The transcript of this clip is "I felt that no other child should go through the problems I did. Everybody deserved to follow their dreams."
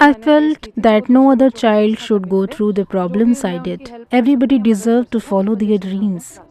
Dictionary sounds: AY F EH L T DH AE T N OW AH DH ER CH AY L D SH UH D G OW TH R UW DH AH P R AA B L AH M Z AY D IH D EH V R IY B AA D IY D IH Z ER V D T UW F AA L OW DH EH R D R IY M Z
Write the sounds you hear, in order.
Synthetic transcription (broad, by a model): AY F EH L T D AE T N OW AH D ER CH AY L D SH UH D G OW T R UW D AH P R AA B L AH M S AY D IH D EH V R IY B AA D IY D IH Z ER V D T UW F AA L OW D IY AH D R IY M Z